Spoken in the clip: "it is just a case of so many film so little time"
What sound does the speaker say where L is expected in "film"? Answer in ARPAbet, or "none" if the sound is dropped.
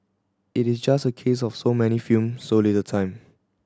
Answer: none